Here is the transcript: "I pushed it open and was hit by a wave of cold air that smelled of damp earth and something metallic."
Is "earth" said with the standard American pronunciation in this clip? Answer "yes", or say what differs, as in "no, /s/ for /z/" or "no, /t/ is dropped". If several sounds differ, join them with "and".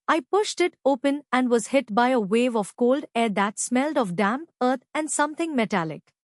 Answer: no, /t/ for /θ/